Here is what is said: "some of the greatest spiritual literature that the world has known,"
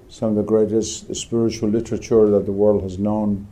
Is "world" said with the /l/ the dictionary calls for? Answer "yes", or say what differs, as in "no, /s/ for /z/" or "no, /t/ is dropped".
yes